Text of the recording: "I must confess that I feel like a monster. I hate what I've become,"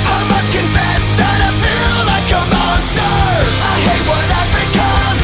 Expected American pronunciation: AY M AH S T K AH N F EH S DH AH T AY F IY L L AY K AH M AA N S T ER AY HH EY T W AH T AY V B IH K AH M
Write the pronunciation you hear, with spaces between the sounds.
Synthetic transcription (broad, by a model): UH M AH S K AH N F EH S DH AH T AY F IY L L AY K AH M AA S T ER AY HH EY T W AH T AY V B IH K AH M